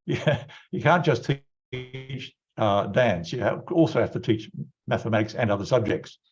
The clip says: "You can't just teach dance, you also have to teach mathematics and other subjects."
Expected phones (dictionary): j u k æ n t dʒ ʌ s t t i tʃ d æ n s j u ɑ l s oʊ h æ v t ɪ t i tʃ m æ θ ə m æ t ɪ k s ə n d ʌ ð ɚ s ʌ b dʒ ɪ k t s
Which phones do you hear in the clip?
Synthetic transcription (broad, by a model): j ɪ k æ n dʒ ʌ s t t i tʃ d æ n s j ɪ ɑ l s oʊ h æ f t ɪ t i tʃ m æ θ ə m æ t ɪ k s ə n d ʌ ð ɚ s ʌ b dʒ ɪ k t s